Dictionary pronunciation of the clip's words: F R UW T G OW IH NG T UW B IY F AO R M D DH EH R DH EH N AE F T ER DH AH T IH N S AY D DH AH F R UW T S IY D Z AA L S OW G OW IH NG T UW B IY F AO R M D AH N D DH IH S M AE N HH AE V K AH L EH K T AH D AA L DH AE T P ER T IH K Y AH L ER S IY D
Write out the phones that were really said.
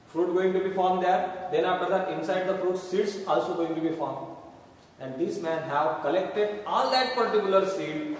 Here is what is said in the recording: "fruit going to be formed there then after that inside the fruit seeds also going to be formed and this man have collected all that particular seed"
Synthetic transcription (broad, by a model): F R UW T G OW IH NG T UW B IY F AO R M D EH R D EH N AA P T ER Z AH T IH N S AY D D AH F R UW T S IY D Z AA L S OW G OW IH NG T UW B IY F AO R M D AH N D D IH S M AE N HH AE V K AH L EH K T AH D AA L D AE T P ER T IH K Y AH L ER S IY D